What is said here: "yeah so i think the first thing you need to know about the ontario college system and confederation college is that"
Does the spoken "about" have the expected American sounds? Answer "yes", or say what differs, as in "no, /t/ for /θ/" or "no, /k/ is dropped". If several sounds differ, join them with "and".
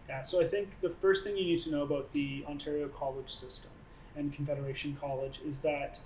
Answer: yes